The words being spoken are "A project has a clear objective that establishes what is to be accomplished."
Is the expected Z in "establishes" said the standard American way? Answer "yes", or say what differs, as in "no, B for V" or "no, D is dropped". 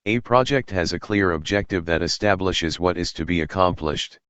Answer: yes